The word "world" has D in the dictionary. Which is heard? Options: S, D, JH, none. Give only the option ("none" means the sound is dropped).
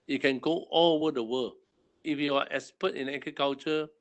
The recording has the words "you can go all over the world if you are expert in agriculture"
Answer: none